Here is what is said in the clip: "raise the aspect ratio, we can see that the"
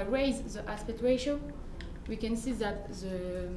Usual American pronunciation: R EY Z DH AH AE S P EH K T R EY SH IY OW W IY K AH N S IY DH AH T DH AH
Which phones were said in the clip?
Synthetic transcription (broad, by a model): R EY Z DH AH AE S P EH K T W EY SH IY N W IY K AH N S IY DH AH T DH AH